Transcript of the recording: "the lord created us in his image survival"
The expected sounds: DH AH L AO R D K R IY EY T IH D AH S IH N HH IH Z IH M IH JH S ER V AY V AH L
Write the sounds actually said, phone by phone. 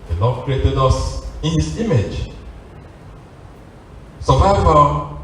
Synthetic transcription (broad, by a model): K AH N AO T K R IY EY T IH D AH S IH N HH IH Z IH M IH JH S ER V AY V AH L